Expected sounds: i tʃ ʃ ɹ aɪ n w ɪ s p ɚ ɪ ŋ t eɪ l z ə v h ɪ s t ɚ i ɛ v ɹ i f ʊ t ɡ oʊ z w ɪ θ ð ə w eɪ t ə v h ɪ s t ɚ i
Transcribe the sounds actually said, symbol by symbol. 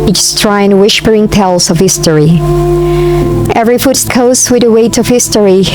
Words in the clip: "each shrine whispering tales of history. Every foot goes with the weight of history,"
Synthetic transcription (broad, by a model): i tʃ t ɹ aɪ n w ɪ ʃ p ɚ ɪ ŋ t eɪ l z ə v h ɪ s t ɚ i ɛ v ɹ i f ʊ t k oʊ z w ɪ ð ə w eɪ t ə v h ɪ s t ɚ i